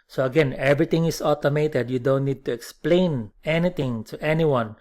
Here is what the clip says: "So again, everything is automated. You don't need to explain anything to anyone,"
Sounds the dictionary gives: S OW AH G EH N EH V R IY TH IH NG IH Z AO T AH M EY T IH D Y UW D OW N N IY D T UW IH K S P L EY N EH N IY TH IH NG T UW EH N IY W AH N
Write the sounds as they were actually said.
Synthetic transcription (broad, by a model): S OW AH G EH N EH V R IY T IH NG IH S AO T AH M EY T IH D Y UW D OW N N IY D T UW IH K S P L EY N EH N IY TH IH NG T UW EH N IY W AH N